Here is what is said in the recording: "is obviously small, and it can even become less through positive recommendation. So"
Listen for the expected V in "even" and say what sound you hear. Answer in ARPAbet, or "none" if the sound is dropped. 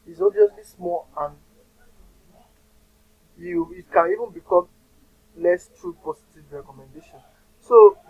V